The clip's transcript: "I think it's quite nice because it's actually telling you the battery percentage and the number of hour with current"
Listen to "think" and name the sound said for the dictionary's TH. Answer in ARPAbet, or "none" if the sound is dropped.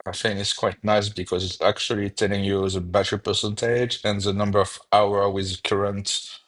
F